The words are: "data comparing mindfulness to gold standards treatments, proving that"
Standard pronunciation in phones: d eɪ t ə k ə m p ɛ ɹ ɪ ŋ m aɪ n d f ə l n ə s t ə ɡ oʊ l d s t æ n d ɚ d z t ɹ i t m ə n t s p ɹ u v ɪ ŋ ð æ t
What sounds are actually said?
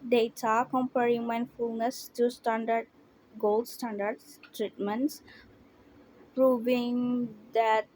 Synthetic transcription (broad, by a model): d eɪ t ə k ə m p ɛ ɹ ɪ ŋ m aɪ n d f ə l n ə s t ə ɡ oʊ l d s t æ n d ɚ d s t ɹ i t m ə n t s p ɹ u v ɪ ŋ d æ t